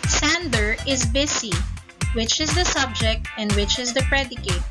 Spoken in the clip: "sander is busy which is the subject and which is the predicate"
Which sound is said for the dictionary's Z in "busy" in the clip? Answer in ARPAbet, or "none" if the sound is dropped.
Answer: S